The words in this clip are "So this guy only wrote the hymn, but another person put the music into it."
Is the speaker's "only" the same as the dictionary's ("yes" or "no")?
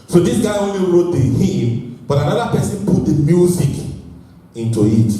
no